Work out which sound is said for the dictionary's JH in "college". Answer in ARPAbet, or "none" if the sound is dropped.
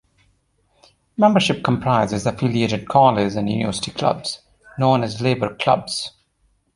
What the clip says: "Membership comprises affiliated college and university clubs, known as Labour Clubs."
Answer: Z